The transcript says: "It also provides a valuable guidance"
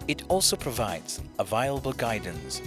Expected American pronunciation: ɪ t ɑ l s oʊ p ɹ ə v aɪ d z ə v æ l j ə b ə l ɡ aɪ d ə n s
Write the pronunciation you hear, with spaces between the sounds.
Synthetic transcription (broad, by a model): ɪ t ɑ l s oʊ p ɹ ə v aɪ d z ə v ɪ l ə b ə l ɡ aɪ d n s